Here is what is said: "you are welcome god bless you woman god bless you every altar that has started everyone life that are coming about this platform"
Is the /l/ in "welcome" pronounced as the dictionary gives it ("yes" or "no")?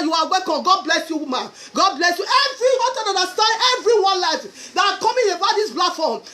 no